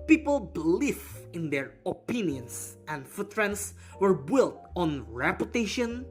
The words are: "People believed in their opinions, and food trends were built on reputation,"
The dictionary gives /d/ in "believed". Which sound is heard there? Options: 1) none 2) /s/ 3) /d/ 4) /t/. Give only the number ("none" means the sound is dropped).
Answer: 1